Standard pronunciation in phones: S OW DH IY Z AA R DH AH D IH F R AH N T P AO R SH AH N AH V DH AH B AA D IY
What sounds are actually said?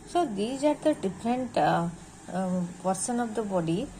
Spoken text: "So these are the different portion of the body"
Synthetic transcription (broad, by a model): S OW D IY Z AA R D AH D IH F R AH N T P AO R S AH N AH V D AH B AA D IY